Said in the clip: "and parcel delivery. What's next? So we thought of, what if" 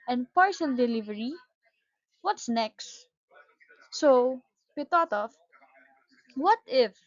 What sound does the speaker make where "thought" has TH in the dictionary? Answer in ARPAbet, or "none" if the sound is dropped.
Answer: T